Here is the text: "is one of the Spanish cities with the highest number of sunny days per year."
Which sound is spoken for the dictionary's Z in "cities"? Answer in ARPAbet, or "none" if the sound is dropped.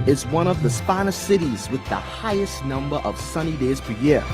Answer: Z